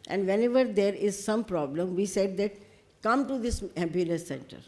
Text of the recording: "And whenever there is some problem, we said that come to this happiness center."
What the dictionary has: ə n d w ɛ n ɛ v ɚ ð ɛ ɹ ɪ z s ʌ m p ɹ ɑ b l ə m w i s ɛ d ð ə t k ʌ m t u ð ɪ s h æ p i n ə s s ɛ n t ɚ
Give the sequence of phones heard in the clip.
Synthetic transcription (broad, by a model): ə n d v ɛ n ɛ v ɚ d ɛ ɹ ɪ z s ʌ m p ɹ ɑ b l ə m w i s ɛ d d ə t k ʌ m t u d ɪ s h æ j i l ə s s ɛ n t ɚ